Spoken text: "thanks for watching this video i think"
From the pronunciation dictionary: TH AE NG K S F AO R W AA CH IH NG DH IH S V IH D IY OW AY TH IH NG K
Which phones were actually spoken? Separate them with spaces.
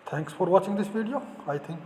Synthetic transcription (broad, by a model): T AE NG K S F AO R W AA CH IH NG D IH S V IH D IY OW AY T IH NG K